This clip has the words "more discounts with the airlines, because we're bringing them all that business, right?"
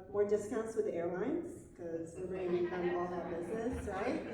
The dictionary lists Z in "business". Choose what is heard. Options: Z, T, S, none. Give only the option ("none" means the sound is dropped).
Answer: Z